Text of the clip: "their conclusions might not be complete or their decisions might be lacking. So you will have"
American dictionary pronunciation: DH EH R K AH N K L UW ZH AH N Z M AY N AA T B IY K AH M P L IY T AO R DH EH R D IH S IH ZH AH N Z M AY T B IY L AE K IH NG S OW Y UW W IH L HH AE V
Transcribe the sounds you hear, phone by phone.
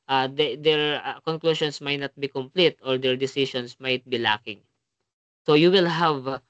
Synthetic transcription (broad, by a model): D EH R K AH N K L UW SH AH N S M AY N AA T B IY K AH M P L IY T AO R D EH R D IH S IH SH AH N S M AY T B IY L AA K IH NG S OW Y UW W IH L HH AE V